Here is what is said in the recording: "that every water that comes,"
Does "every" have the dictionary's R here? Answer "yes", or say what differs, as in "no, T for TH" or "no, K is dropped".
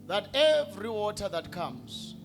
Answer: yes